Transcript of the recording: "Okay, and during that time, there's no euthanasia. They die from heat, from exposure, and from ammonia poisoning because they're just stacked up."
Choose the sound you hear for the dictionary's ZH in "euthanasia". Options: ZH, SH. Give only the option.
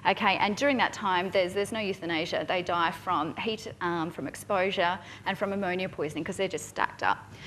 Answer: ZH